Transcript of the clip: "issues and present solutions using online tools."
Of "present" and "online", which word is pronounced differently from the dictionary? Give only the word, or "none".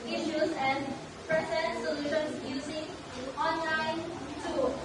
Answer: present